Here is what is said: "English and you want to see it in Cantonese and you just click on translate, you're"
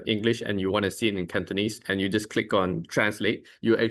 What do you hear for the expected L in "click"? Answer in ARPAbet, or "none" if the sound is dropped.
L